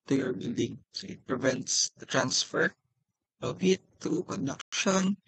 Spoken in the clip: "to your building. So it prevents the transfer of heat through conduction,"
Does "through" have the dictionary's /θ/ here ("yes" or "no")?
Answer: no